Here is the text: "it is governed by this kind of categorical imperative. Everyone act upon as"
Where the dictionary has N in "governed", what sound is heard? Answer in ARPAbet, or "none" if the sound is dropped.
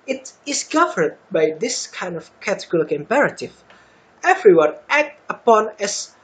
none